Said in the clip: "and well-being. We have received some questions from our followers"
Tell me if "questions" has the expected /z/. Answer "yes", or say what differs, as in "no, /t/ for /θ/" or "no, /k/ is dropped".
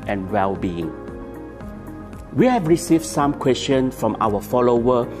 no, /z/ is dropped